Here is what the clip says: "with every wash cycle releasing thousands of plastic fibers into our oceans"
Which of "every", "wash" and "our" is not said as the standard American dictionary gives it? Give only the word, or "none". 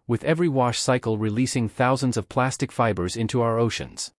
none